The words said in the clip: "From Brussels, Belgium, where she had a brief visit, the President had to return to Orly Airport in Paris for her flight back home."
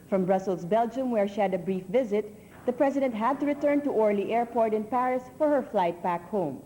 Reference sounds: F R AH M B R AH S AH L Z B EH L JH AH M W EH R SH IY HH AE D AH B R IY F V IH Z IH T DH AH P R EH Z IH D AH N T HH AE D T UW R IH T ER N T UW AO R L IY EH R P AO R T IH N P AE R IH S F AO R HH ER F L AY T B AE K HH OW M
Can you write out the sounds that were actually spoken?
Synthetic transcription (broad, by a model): F R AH M B R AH S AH L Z B EH L JH AH M W EH R SH IY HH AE D AH B R IY F V IH Z IH T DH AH P R EH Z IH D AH N T HH AE D T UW R IH T ER N T UW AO R L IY EH R P AO R T IH N P AE R IH S F AO R HH ER F L AY T B AE K HH OW M